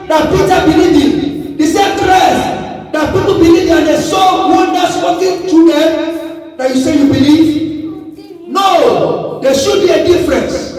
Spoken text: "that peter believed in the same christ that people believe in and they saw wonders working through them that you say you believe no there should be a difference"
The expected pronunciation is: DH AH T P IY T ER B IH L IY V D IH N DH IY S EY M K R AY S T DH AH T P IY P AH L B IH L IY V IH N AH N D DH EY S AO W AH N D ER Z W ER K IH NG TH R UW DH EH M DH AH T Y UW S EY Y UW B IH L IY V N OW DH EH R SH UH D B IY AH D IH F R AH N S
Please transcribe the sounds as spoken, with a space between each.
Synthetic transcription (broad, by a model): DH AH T P IY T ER B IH L IY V IH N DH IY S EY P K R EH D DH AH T P IY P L B IH L IY V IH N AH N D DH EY S AO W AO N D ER S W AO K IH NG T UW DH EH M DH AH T Y UW S EY Y UW B IH L IY V N OW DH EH SH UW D B IY AH D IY F R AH N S